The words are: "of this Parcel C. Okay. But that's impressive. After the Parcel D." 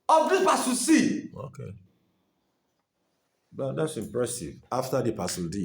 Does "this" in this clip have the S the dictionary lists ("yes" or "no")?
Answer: no